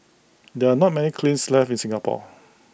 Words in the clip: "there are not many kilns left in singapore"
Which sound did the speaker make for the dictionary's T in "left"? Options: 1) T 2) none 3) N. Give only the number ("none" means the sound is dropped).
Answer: 2